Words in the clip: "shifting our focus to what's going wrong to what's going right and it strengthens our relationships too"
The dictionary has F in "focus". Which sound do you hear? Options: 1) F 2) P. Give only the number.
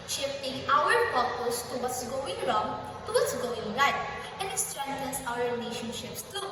2